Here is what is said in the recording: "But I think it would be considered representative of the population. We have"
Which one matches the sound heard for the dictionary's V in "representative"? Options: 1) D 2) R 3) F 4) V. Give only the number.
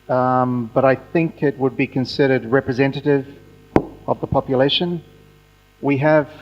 4